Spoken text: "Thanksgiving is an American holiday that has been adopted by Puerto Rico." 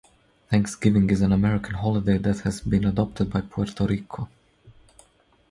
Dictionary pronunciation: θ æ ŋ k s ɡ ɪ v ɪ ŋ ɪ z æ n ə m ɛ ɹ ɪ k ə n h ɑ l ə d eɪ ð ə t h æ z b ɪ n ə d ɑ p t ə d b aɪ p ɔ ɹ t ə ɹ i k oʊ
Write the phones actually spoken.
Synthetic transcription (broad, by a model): θ æ ŋ k s ɡ ɪ v ɪ ŋ ɪ z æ n ə m ɛ ɹ ɪ k ə n h ɑ l ə d eɪ ð ə t h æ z b ɪ n ə d ɑ p t ə d b aɪ p ɔ ɹ t ə ɹ i k oʊ